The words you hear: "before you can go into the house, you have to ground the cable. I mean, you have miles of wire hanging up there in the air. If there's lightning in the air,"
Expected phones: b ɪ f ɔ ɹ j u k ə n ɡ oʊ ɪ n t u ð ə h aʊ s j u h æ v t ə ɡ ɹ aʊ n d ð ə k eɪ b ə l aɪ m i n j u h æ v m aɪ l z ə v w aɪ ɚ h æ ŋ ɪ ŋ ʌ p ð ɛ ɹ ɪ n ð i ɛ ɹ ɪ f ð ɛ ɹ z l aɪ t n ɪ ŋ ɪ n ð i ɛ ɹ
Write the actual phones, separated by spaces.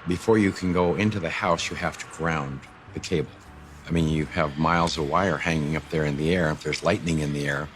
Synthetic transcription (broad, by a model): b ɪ f ɔ ɹ j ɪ k ə n ɡ oʊ ɪ n t u ð ə h aʊ s j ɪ h æ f t ə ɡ ɹ aʊ n ð ə k eɪ b l aɪ m i n j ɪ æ v m aɪ l z ə v w aɪ ɚ h æ ŋ ɪ ŋ ʌ p ð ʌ ɹ ɪ n ð i ɛ ɹ ɪ f ð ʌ ɹ z l aɪ t n ɪ ŋ ɪ n ð i ɛ ɹ